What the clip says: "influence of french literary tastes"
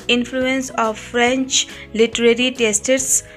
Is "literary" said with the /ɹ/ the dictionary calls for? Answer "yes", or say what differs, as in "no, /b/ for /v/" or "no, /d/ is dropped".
yes